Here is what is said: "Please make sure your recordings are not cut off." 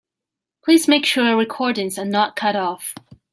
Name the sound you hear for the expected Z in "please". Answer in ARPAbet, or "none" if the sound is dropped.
Z